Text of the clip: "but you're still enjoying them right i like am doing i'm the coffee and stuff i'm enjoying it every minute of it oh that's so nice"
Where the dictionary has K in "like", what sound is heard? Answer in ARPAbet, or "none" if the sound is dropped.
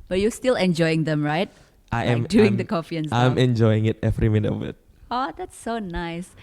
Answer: none